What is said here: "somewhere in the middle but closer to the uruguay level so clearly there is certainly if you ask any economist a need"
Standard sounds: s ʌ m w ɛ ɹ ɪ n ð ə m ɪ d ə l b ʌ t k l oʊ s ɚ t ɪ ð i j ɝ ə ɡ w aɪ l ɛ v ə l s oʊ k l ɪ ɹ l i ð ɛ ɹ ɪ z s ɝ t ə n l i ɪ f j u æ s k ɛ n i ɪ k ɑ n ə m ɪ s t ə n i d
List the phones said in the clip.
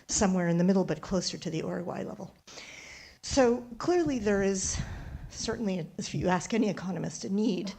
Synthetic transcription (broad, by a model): s ʌ m w ɛ ɹ ɪ n ð ə m ɪ d l b ʌ t k l oʊ s ɚ t ɪ ð i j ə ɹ w aɪ l ɛ v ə l s oʊ k l ɪ ɹ l i ð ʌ ɹ ɪ z s ɝ t n l i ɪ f j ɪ æ s k ɛ n i ɪ k ɑ n ə m ɪ s t ə n i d